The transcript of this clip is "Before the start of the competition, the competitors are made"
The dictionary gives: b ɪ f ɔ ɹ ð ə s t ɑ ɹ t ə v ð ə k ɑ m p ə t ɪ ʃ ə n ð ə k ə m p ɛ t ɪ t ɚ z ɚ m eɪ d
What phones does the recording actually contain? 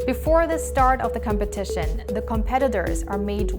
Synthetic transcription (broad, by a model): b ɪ f ɔ ɹ ð ə s t ɑ ɹ t ə v ð ə k ɑ m p ə t ɪ ʃ ə n ð ə k ə m p ɛ t ɪ t ɚ z ɚ m eɪ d